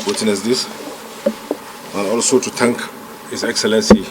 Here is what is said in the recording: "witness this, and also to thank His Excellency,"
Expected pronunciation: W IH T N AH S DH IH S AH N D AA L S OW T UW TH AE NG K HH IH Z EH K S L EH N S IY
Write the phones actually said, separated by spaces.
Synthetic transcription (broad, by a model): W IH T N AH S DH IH S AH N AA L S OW T UW T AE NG K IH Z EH K S L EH N S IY